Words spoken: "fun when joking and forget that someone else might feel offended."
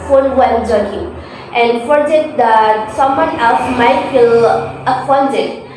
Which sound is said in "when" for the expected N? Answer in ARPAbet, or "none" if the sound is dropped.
L